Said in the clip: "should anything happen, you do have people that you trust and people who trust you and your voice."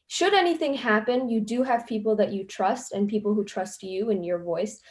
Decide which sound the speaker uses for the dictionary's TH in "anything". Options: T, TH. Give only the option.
TH